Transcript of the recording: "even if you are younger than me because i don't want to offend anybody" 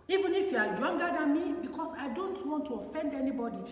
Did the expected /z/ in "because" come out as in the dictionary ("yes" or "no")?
no